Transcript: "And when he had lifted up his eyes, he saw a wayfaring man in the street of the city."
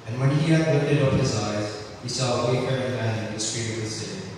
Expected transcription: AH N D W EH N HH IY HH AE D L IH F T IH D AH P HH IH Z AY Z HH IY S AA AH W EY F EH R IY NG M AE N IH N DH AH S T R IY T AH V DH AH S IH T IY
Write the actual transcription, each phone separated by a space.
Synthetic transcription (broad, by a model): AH N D W EH N HH IY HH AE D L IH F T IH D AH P HH IH Z AY Z HH IY S AA AH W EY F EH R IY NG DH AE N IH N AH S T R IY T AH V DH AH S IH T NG